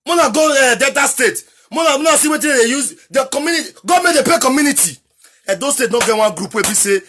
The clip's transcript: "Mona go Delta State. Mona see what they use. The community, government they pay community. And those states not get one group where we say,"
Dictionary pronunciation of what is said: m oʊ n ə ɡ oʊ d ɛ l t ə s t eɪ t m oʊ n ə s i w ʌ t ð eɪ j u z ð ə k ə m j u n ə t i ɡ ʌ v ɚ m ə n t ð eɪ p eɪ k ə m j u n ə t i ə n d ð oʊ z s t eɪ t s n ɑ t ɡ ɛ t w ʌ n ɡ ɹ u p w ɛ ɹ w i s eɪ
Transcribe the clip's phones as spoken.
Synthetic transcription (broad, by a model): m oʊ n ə ɡ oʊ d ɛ t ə s t eɪ t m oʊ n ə s i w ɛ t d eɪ j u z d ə k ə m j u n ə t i ɡ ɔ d m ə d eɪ p eɪ k ə m j u n ə t i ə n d oʊ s t eɪ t n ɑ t ɡ ɛ t w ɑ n ɡ ɹ u p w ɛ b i s eɪ